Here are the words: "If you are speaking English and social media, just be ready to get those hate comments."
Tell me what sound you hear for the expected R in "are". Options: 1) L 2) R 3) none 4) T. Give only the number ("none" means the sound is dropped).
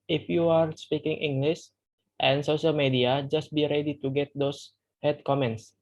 2